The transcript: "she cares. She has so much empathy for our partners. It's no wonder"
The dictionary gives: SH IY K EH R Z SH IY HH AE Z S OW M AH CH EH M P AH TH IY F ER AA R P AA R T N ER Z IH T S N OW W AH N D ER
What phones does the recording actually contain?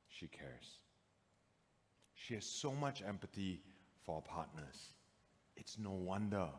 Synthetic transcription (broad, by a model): SH IY K EH R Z SH IY HH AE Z S OW M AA CH EH M P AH T IY F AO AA P AA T N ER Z IH T S N OW W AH N D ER